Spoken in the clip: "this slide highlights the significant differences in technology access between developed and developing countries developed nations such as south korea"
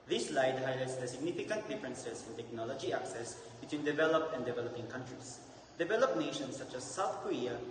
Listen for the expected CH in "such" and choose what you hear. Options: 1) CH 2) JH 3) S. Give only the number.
1